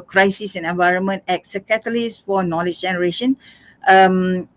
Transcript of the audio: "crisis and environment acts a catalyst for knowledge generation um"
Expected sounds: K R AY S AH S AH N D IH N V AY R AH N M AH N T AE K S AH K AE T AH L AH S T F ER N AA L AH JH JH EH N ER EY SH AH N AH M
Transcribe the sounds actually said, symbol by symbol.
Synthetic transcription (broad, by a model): K R AY S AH S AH N IH N V AY R AH N M AH N T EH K S AH K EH T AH L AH S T F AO N AA L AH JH JH EH N ER EY SH AH N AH M